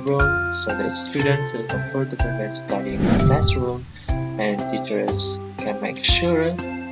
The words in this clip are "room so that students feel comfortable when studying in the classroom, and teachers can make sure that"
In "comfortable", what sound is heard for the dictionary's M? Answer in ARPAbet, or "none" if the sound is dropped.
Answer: none